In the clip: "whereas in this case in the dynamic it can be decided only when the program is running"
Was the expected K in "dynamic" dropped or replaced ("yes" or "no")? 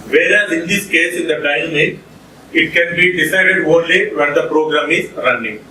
yes